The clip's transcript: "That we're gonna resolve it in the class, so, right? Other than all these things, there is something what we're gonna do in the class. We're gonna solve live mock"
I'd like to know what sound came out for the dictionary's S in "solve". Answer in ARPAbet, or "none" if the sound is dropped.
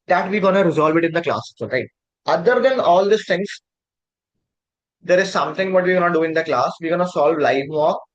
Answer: S